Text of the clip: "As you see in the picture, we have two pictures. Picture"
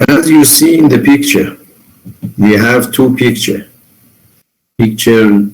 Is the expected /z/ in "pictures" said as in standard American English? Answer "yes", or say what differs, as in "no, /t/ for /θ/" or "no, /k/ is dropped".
no, /z/ is dropped